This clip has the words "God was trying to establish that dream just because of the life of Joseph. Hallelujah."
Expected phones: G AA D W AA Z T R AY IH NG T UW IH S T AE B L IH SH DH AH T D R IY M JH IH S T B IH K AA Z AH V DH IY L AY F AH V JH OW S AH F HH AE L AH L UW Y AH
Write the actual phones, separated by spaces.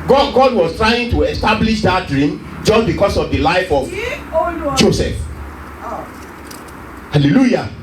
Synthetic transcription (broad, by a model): G AA D W AA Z T R AY IH NG T UW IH S T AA B L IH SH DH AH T D R IY M JH IH S T B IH K AA S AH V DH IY L AY F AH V JH OW S AH F HH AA L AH L UW Y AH